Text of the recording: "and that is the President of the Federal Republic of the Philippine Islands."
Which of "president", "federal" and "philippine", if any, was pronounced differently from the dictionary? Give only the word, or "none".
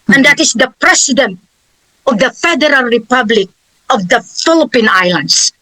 president